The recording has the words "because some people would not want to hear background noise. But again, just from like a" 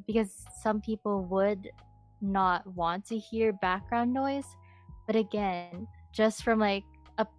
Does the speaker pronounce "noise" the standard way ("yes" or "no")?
yes